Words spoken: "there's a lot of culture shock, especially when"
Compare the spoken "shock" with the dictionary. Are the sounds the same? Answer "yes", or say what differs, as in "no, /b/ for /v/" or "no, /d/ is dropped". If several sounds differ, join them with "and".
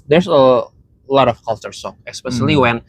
no, /s/ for /ʃ/